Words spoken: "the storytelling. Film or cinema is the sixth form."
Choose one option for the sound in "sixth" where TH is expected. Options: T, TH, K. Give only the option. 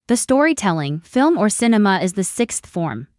TH